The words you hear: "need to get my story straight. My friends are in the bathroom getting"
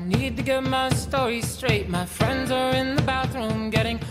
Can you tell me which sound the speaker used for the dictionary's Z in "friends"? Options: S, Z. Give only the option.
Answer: Z